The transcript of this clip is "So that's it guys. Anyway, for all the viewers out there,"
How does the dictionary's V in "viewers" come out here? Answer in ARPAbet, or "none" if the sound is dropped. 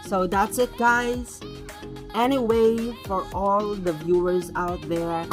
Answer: V